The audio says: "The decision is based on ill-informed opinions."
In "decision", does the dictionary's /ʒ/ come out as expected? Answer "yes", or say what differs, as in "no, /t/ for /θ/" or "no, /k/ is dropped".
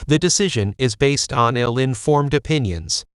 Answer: yes